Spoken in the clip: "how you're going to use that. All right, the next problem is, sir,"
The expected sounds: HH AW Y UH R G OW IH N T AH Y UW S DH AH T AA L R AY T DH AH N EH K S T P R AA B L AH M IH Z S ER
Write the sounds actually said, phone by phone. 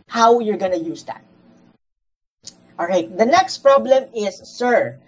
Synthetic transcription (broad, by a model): HH AW Y UH R G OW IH N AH Y UW S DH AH T AA L R AY T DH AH N EH K S T P R AA B L AH M IH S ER